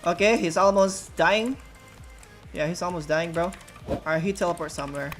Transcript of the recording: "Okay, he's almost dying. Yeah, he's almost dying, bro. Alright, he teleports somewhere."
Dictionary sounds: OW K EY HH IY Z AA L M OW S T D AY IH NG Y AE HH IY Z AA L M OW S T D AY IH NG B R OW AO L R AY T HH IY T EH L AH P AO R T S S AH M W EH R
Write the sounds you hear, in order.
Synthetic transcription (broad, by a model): OW K EY HH IY Z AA L M OW S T D AY IH NG Y AE HH IY Z AA L M OW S D AY IH NG B R OW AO R HH IY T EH L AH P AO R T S S AH M W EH R